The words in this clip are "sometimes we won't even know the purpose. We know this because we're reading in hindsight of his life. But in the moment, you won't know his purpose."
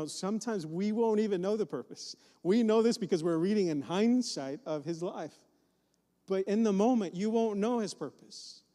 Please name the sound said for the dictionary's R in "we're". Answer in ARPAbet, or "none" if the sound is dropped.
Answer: R